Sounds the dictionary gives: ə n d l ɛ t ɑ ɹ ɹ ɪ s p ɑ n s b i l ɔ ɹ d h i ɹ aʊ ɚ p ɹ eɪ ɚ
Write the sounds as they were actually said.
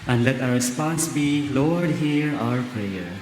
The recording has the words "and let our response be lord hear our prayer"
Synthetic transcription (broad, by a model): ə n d l ɛ t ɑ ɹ ɹ ɪ s p ɑ n s b i l ɔ ɹ d h i ɹ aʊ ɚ p ɹ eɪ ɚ